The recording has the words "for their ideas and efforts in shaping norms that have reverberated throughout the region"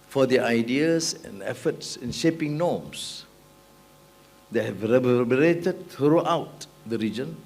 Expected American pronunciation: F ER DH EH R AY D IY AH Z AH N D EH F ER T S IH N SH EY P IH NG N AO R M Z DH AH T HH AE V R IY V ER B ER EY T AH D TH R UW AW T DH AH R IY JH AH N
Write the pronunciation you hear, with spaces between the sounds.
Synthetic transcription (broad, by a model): F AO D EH AY D IY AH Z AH N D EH F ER T S IH N SH EY P IH NG N AO M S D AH T HH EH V R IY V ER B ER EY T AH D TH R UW AW T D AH R IY JH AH N